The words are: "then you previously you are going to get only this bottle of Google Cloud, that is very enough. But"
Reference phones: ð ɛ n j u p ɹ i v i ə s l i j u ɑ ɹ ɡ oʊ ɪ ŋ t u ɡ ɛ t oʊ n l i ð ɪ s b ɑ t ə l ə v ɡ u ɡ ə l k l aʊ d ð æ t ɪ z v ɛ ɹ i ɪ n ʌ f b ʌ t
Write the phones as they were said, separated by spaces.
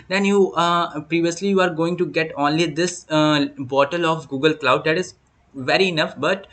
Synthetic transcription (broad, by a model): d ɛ n j u p ɹ i v i ə s l i j u ɑ ɹ ɡ oʊ ɪ ŋ t u ɡ ɛ t oʊ n l i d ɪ s b ɑ t ə l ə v ɡ u ɡ ə l k l aʊ d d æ t ɪ z v ɛ ɹ i ɪ n ʌ f b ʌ t